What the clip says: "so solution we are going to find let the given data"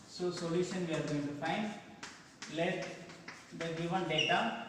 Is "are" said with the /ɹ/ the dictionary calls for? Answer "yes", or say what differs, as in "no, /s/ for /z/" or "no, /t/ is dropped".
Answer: yes